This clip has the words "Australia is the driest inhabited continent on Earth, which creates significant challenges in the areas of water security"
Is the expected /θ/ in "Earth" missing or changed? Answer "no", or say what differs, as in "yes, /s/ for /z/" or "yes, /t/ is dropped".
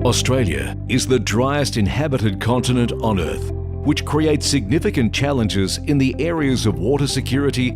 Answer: no